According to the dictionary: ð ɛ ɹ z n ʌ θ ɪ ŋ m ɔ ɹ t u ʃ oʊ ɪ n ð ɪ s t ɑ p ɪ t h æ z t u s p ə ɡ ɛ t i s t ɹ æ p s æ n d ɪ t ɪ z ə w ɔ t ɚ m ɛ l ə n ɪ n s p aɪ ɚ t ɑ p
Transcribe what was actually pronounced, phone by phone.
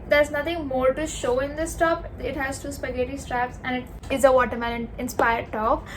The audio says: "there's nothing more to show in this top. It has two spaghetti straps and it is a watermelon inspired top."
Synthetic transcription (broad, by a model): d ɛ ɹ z n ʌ t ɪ ŋ m ɔ ɹ t u ʃ oʊ ɪ n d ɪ s t ɑ p ɪ t h æ z t u s p ə ɡ ɛ t i s t ɹ æ p s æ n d ɪ t ɪ z ə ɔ t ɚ m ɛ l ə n ɪ n s p aɪ ɚ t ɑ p